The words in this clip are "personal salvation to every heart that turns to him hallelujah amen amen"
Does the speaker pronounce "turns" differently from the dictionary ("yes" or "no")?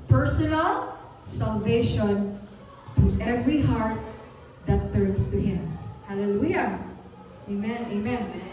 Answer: yes